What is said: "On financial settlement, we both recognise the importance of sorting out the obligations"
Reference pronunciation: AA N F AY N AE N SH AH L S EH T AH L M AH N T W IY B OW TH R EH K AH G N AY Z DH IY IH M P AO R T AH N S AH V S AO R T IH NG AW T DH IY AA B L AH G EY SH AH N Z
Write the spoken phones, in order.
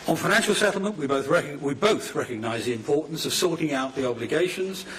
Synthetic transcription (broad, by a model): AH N F AY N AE N SH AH L S EH T L M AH N T W IY B OW TH R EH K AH G N AY Z DH IY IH M P AO R T N S AH V S AO R T IH NG AW T DH IY AA B L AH G EY SH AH N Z